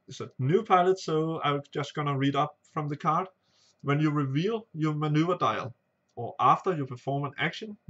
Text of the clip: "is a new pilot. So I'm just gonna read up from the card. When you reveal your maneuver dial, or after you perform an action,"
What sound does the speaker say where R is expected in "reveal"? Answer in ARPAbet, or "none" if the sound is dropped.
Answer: R